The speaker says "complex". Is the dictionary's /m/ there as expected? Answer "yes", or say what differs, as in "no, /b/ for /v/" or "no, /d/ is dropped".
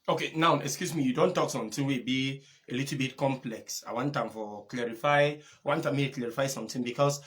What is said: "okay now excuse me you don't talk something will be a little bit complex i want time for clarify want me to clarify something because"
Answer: yes